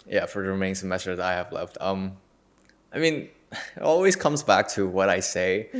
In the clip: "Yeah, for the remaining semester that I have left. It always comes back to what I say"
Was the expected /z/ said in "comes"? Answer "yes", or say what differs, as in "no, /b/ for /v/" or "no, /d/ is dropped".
yes